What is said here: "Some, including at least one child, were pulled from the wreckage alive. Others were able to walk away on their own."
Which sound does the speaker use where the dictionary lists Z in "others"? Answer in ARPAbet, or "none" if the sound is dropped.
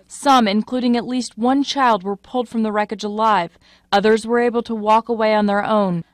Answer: Z